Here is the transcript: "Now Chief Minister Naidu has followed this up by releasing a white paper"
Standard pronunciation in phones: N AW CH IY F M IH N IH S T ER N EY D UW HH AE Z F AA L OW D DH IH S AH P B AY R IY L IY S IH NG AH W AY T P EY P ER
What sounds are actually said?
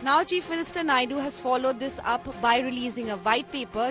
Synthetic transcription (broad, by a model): N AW CH IY F M IH N IH S T ER N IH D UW HH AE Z F AA L OW D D IH S AH P B AY R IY L IY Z IH NG AH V AY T P EY P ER